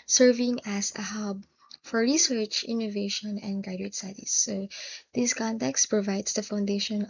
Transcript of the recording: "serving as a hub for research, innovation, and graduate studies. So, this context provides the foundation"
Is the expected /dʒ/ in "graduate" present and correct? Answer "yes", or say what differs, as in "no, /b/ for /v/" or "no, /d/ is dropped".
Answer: no, /dʒ/ is dropped